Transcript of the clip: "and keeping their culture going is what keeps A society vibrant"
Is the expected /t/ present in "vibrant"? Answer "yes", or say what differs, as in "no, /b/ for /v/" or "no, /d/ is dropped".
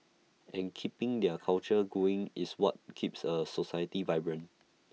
no, /t/ is dropped